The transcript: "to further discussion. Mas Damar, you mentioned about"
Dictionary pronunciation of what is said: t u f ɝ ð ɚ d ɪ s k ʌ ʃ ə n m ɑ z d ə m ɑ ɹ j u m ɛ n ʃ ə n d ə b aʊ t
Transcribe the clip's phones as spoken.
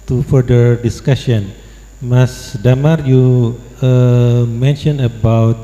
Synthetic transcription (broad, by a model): t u f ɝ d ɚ d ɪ s k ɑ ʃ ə n m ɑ s d ə m ɑ ɹ j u m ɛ n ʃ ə n ə b aʊ t